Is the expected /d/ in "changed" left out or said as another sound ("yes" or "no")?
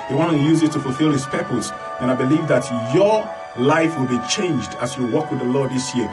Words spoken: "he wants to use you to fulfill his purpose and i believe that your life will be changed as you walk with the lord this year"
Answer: no